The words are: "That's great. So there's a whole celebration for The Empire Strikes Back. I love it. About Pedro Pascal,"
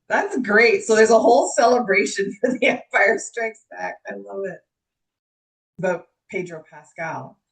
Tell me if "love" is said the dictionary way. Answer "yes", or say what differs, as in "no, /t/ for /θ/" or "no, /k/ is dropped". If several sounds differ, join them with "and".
no, /v/ is dropped